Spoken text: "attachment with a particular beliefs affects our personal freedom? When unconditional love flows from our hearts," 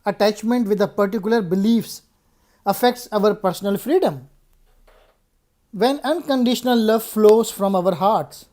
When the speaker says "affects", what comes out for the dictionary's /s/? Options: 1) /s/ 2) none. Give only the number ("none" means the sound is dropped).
1